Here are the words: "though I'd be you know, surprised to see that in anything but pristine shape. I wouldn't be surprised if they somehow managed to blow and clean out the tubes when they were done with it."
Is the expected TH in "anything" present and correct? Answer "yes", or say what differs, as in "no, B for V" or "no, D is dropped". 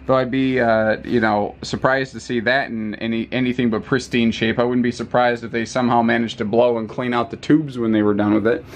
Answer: yes